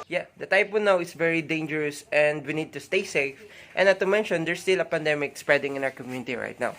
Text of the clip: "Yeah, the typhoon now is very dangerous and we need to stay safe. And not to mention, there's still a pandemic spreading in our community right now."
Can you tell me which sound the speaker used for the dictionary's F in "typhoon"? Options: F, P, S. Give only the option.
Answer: P